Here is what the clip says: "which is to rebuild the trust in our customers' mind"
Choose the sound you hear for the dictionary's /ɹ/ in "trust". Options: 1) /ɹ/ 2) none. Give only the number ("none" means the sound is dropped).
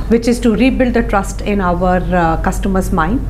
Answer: 1